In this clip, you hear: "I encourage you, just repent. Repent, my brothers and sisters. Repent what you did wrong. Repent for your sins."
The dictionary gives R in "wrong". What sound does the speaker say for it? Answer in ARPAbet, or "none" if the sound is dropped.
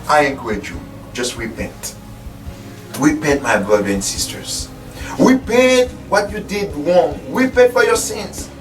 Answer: W